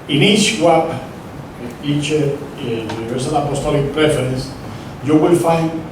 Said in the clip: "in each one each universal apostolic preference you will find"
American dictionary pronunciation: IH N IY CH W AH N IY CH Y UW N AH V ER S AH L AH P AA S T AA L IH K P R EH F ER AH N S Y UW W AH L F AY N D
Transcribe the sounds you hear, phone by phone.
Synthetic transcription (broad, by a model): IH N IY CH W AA IY CH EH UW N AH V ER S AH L AH P AA S T AA L IH K P R EH F ER AH N S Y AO W AH L F AY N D